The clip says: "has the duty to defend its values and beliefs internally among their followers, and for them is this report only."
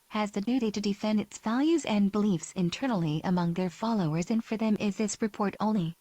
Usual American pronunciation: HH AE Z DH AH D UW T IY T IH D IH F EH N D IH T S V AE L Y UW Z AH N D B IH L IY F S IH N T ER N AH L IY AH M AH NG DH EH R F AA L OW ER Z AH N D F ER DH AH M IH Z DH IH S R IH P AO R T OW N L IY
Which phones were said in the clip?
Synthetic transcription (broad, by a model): HH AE Z DH AH D UW T IY T IH D IH F EH N D IH T S V AE L Y UW Z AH N B IH L IY F S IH N T ER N L IY AH M AH NG DH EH R F AA L OW ER Z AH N F ER DH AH M IH Z DH IH S R IH P AO R T OW N L IY